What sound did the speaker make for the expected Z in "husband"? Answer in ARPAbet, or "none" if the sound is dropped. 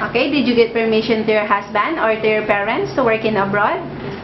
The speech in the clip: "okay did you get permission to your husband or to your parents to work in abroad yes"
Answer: S